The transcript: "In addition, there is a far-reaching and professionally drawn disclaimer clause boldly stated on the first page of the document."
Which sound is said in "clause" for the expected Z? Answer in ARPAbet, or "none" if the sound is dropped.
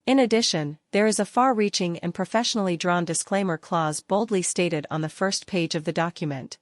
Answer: Z